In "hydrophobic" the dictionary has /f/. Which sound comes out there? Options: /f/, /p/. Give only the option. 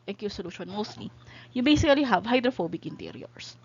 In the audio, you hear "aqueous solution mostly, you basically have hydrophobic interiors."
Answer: /f/